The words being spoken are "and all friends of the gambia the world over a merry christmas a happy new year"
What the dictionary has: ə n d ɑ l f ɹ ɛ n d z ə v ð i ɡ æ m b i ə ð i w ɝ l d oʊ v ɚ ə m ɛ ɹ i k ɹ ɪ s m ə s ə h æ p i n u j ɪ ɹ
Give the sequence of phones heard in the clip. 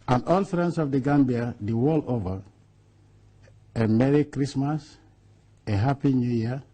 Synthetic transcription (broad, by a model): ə n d ɑ l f ɹ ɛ n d s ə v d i ɡ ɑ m b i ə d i w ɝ l oʊ v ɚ ə m ɛ ɹ i k ɹ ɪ s m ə s ə h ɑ p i n u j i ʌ